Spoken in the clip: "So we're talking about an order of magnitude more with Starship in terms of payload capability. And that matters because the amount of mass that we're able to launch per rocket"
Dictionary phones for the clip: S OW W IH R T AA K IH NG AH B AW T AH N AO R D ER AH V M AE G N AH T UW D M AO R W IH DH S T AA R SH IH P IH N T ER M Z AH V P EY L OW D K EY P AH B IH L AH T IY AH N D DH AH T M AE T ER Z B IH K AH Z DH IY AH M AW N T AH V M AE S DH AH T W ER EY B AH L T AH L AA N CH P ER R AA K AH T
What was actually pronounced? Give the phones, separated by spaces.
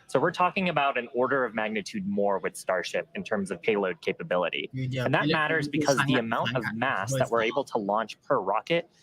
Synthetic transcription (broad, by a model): S OW W IH R T AA K IH NG AH B AW T AH N AO R D ER AH V M AE G N AH T UW D M AO R W IH DH S T AA R SH IH P IH N T ER M Z AH V P EY L OW D K EY P AH B IH L AH T IY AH N DH AH T M AE T ER Z B IH K AH Z DH IY AH M AW N T AH V M AE S DH AH T W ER EY B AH L T AH L AA N CH P ER R AA K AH T